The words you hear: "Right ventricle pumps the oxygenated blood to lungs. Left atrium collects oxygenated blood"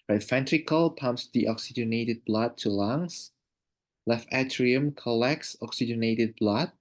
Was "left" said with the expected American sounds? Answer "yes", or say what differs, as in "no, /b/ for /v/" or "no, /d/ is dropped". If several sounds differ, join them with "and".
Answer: no, /t/ is dropped